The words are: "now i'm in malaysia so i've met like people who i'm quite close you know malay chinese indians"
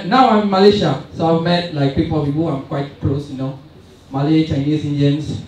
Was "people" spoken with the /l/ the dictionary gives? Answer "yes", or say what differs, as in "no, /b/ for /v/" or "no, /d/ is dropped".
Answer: no, /w/ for /l/